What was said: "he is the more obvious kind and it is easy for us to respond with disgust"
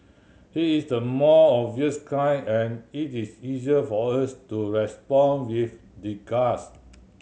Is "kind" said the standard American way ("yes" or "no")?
no